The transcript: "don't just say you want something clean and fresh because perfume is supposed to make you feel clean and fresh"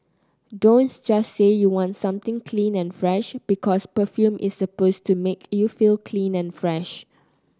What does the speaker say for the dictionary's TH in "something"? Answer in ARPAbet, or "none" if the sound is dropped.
T